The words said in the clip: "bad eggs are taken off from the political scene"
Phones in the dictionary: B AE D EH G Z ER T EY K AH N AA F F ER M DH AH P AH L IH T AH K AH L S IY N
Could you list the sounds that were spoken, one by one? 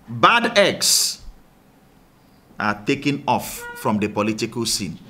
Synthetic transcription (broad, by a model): B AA D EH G S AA T EY K AH N AA F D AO M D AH P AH L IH T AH K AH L S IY N